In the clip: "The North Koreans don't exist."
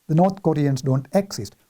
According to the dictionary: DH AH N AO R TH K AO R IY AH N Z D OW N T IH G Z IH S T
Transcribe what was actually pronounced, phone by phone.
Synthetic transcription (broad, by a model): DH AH N AO R T K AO R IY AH N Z D OW N T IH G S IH S T